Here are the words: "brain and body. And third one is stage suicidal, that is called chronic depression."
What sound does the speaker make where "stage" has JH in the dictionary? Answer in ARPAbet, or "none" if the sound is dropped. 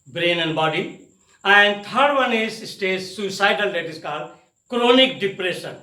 Z